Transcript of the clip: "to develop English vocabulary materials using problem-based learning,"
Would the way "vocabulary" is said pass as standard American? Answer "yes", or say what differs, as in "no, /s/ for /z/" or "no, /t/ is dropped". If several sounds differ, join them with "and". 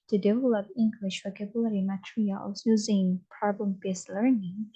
no, /w/ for /v/